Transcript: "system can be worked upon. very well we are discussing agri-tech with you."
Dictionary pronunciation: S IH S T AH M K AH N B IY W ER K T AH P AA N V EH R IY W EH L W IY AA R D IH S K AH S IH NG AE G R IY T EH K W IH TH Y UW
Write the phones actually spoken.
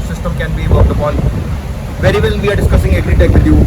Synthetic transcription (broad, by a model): S IH S T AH M K AH N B IY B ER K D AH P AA L V EH R IY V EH L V IY AA R D IH S K AH S IH NG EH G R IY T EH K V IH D Y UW